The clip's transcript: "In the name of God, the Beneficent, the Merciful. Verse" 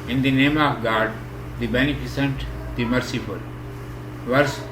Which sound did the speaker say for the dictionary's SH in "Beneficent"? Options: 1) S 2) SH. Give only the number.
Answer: 1